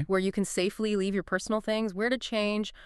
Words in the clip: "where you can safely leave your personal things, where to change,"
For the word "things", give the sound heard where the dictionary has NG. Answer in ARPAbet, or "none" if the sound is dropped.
NG